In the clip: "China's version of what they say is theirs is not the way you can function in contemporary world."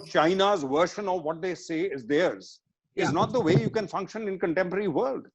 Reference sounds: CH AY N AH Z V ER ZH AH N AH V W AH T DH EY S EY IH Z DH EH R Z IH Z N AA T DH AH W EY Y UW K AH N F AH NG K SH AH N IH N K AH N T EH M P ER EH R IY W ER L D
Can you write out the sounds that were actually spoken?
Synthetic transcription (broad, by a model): CH AY N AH Z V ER SH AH N AH V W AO T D EY S EY IH Z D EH R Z IH Z N AA T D AH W EY Y UW K AH N F AH NG K SH AH N IH N K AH N T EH M P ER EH R IY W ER L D